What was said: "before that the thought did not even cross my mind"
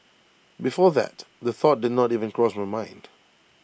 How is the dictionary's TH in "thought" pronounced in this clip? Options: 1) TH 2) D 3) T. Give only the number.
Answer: 1